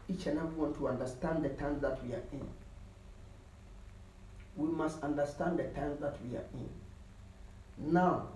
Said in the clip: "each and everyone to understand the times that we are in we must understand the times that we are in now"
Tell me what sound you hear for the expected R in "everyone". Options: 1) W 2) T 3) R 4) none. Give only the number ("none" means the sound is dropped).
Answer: 4